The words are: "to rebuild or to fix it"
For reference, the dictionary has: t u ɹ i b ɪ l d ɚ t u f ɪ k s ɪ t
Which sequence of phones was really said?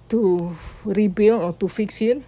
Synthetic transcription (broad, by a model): t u ɹ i b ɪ l ɔ t u f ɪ k s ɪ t